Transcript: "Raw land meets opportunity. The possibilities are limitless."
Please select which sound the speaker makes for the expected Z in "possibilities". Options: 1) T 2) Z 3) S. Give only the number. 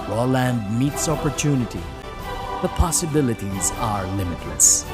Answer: 2